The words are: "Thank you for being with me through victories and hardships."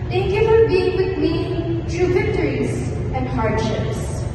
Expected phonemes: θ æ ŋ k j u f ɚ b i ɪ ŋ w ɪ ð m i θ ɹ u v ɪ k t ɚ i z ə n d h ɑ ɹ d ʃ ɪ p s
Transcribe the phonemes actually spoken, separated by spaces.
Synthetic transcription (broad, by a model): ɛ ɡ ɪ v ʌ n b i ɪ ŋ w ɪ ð m i t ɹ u v ɪ k t ɚ i z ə n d h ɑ ɹ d ʃ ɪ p s